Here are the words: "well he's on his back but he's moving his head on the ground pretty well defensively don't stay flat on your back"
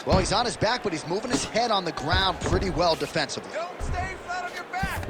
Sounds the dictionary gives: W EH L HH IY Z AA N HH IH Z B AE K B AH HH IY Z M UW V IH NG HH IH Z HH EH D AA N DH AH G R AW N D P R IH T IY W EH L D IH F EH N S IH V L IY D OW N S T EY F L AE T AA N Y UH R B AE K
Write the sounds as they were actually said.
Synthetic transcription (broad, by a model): W EH L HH IY Z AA N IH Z B AE K B AH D IY Z M UW V IH NG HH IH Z HH EH D N DH AH G R AW N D P R IH T IY W EH L D IH F EH N S IH V L IY S T EY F AE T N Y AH R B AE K